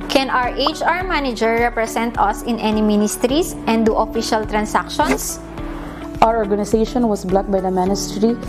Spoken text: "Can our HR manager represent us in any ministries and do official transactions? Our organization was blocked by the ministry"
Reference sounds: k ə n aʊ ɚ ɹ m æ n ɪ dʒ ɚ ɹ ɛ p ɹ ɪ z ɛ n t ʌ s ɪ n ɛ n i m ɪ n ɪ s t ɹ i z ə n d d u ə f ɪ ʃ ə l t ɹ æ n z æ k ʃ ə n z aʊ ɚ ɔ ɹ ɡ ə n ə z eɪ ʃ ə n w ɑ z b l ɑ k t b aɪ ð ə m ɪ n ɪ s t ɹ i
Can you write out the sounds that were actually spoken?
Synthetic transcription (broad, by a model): k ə n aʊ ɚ ɹ m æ n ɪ dʒ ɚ ɹ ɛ p ɹ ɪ s ɛ n t ʌ s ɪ n ɛ n i m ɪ n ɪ s t ɹ i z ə n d d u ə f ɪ ʃ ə l t ɹ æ n s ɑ k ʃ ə n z aʊ ɚ ɔ ɹ ɡ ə n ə s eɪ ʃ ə n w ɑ s b l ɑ t b aɪ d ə m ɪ n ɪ s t ɹ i